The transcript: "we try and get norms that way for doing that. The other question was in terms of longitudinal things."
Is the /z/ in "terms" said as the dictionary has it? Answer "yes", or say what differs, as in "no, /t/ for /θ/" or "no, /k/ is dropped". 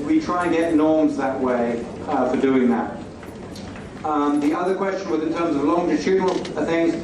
yes